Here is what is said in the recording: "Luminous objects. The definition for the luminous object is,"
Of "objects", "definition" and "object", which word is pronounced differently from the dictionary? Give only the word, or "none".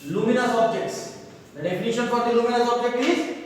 definition